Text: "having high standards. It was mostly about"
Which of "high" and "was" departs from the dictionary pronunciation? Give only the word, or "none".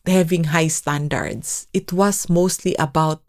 was